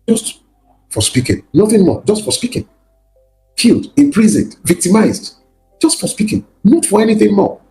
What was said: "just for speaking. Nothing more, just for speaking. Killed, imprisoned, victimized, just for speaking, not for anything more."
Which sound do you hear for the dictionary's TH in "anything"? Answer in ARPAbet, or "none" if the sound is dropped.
TH